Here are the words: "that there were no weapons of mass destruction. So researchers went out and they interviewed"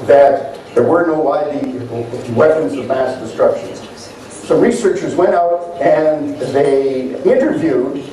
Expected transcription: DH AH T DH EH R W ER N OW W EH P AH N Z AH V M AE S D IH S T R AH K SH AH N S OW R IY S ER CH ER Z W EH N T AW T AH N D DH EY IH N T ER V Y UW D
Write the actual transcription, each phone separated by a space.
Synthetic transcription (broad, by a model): DH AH T DH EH R W ER N OW W EH P AH N Z AH V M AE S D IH S T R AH K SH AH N S OW R IY S ER CH ER Z W EH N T AW T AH N DH EY IH N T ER V Y UW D